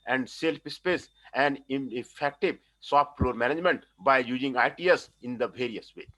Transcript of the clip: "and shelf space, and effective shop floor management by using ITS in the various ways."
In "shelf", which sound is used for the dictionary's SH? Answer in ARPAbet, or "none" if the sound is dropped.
S